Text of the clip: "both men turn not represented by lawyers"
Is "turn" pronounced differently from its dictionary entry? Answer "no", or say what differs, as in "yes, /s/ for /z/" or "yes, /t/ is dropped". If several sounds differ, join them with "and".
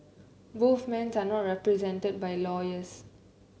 yes, /s/ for /t/